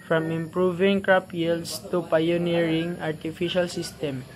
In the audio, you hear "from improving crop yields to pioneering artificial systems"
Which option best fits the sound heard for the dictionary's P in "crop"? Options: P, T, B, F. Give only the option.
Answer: P